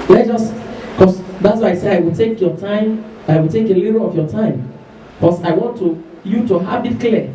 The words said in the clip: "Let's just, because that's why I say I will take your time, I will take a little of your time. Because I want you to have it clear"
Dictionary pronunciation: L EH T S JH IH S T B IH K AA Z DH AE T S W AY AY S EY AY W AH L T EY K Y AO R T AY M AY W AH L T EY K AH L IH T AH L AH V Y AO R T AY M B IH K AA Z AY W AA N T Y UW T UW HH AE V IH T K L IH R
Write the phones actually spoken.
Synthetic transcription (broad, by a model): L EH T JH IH S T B K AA S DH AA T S W AY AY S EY AY W AH L T EY K Y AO T AY M AY W AH L T EY K AH L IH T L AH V Y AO T AY M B K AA S AY W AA N T Y UW T UW HH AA B IH T K L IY